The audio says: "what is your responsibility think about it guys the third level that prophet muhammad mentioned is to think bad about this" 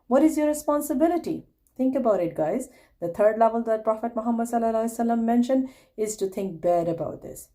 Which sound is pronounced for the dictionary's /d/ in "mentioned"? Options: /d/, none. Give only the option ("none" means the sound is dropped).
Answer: /d/